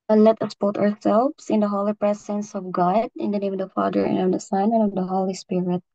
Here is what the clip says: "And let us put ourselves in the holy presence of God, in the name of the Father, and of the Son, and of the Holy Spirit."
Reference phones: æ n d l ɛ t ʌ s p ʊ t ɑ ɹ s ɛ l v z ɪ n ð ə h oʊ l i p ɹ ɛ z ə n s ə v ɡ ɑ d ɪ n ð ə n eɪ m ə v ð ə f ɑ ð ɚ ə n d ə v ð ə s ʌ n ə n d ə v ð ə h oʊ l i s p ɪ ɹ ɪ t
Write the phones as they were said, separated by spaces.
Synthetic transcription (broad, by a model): l ɛ t ʌ s b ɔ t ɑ ɹ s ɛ l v s ɪ n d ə h oʊ l i p ɹ ɛ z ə n s ə v ɡ ɑ d ɪ n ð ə n eɪ m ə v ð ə f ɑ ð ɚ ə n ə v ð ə s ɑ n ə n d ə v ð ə h oʊ l i s p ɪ ɹ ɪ t